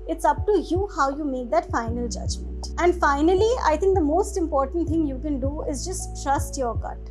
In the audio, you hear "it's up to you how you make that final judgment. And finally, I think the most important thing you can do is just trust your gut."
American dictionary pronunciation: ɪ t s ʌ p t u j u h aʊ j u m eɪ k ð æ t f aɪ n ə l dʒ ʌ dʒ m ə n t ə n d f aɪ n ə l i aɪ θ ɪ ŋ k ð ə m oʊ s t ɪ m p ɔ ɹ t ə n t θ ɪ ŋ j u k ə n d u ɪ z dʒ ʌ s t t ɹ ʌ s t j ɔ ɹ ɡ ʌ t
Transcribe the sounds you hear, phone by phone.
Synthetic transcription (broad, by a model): ɪ t s ʌ p t u j u h aʊ j u m eɪ k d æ t f aɪ n ə l dʒ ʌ dʒ m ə t ə n d f aɪ n ə l i aɪ t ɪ ŋ k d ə m oʊ s t ɪ m p ɔ ɹ t ə n t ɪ ŋ j u k ə n d u ɪ z dʒ ʌ s t t ɹ ʌ s t j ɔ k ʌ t